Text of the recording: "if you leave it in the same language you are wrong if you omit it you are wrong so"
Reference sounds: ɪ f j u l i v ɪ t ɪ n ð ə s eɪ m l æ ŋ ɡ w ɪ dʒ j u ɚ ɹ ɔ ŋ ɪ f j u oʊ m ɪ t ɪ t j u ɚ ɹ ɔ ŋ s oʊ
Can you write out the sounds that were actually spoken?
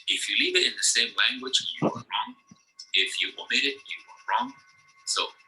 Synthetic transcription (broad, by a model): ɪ f j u l i v ɪ t ɪ n ð ə s eɪ m l æ ŋ ɡ w ɪ dʒ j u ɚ ɹ ɔ ŋ ɪ f j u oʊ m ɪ t ɪ t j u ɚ ɹ ɔ ŋ s oʊ